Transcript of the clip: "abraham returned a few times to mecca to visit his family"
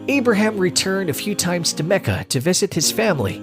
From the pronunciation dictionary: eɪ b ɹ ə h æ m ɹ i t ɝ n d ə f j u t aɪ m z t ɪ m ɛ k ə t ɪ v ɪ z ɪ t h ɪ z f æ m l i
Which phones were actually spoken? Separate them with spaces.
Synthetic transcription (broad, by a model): eɪ b ɹ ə h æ m ɹ i t ɝ n d ə f j u t aɪ m z t ɪ m ɛ k ə t ɪ v ɪ z ɪ t h ɪ z f æ m l i